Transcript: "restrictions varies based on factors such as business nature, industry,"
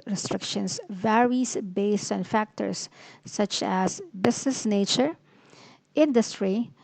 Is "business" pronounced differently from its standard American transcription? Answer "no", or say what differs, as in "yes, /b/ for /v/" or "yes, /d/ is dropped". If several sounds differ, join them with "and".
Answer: yes, /s/ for /z/